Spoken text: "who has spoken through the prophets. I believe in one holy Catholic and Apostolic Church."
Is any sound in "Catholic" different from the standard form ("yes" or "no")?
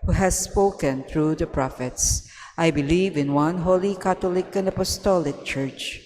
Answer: yes